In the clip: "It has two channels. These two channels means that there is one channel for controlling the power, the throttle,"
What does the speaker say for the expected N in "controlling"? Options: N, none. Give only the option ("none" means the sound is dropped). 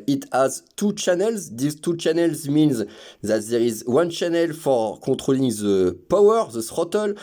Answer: none